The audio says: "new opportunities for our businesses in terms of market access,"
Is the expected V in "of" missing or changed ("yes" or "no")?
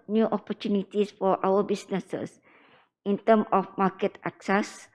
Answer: yes